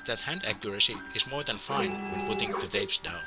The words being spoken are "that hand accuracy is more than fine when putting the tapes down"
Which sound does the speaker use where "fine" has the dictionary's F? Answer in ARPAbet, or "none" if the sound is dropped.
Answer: F